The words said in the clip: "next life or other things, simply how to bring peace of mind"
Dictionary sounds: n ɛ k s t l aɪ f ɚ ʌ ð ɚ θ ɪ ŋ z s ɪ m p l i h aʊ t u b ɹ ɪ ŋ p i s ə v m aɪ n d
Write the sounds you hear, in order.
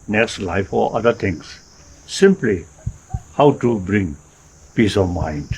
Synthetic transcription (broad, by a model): n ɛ k s t l aɪ f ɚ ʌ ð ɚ t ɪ ŋ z s ɪ m p l i h aʊ t u b ɹ ɪ ŋ p i s ə v m aɪ n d